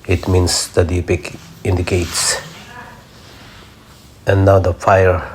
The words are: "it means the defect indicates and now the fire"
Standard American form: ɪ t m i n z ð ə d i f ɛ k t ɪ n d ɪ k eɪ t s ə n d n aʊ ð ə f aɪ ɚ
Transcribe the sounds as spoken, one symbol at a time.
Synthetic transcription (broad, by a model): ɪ t m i n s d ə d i p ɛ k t ɪ n d ɪ k eɪ t s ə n n aʊ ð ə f aɪ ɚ